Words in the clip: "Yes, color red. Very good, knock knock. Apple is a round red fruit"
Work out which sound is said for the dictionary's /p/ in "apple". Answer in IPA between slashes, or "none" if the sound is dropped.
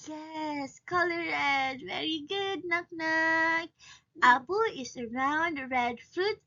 /b/